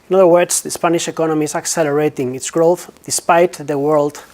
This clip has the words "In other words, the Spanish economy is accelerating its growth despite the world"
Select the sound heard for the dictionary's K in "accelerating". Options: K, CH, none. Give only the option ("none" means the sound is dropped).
K